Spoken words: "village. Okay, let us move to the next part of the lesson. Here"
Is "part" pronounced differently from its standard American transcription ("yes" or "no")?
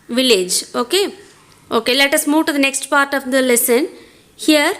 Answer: no